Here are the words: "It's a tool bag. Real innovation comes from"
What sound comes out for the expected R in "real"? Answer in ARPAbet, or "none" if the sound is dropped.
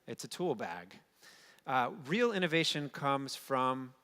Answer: R